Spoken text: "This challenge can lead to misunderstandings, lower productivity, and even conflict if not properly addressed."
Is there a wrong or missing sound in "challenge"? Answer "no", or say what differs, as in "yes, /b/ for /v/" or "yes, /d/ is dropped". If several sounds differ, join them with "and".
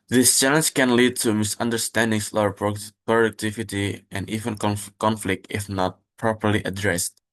no